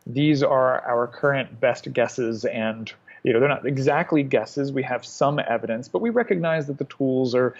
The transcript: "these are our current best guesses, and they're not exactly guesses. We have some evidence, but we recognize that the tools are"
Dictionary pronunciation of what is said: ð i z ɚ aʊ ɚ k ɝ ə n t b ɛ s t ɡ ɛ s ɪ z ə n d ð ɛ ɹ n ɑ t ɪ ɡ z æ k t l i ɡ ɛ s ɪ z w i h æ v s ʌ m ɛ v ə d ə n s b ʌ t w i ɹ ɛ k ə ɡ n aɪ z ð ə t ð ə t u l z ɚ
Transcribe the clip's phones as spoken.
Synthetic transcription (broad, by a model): ð i z ɚ aʊ ɚ k ɝ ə n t b ɛ s t ɡ ɛ s ɪ z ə n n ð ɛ ɹ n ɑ t ɪ ɡ z æ k t l i ɡ ɛ s ɪ z w i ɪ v s ʌ m ɛ v ə d ə n s b ʌ t w i ɹ ɛ k ə ɡ n aɪ z ð ə t ð ə t u l z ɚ